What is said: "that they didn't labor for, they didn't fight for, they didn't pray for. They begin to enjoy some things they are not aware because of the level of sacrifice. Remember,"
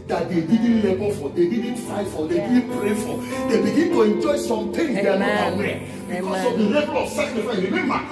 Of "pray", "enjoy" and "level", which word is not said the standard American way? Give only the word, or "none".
level